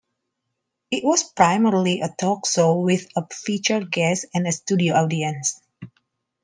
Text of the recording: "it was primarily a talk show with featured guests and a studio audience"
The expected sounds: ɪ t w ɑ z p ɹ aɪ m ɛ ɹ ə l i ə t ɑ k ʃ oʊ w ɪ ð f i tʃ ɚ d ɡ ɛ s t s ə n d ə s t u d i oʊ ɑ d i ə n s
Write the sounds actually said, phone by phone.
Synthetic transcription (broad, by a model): ɪ t w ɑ s p ɹ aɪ m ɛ ɹ l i ə t ɑ k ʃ oʊ w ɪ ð f i tʃ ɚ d ɡ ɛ s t ə n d ə s t u d i oʊ ɑ d i ə n s